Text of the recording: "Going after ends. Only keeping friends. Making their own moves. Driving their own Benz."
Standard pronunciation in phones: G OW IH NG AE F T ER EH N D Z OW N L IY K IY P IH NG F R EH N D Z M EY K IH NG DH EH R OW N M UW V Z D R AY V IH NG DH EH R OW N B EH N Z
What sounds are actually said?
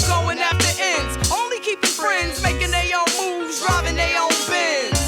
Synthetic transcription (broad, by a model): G OW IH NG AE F T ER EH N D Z OW N L IY K IY P IH NG F R EH N D Z M EY K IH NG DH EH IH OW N M UW V Z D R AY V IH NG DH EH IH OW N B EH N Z